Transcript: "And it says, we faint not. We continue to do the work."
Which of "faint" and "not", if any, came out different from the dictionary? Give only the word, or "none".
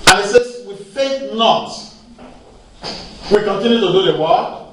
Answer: faint